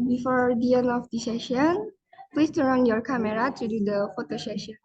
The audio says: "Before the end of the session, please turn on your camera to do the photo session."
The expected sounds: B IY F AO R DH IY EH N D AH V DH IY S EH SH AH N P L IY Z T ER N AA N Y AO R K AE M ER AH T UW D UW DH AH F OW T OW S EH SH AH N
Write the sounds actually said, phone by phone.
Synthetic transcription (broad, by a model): B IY F AO R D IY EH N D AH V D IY S EH SH AH N P L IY S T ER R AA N Y AO R K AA M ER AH T UW D UW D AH F OW T OW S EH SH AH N